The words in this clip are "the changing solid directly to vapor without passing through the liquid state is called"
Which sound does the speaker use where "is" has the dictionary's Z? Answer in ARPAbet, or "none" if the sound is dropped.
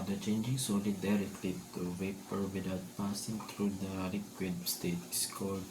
S